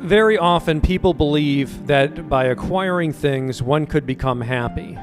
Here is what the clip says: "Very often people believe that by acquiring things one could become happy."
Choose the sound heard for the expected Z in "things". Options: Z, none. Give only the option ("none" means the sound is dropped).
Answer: Z